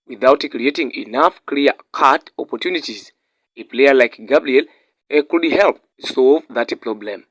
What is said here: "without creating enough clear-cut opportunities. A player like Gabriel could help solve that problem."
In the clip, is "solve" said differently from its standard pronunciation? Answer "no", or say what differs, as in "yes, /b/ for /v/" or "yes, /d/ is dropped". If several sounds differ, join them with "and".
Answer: no